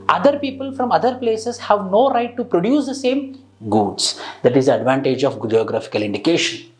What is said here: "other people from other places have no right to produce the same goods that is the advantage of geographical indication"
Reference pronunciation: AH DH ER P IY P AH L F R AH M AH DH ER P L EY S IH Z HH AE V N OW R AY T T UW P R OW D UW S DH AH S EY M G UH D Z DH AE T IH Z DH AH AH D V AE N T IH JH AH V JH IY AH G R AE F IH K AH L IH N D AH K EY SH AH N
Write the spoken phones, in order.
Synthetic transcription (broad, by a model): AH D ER P IY P AH L F R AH M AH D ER P L EY S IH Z HH AE V N OW R AY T T UW P R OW D UW S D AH S EY M G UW D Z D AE T IH Z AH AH D V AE N T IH JH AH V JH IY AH G R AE F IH K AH L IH N D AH K EY SH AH N